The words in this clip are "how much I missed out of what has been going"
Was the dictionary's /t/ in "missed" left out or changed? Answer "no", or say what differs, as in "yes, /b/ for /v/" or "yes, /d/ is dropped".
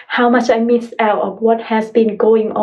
yes, /t/ is dropped